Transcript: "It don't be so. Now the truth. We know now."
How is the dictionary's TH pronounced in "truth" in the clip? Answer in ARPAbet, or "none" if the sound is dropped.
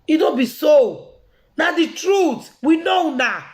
T